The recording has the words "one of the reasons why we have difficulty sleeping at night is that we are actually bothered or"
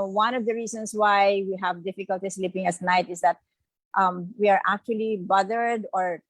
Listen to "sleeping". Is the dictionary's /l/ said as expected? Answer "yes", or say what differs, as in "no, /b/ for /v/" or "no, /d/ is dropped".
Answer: yes